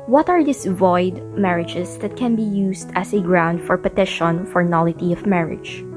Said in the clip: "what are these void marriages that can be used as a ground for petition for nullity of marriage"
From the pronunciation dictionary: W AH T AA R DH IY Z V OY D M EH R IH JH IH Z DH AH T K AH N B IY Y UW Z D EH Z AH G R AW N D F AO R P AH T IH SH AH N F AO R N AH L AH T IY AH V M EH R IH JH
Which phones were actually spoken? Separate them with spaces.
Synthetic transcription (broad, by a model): W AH T AA R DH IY S V OY D M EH R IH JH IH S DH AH T K AH N B IY Y UW S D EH S AH G R AW N D F AO R P AH T IH SH AH N F AO R N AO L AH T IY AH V M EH R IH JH